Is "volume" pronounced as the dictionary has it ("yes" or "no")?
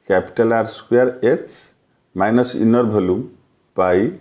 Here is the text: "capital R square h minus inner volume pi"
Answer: no